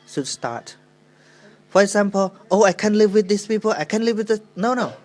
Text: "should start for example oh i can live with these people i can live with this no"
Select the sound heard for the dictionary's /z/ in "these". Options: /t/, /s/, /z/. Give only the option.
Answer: /s/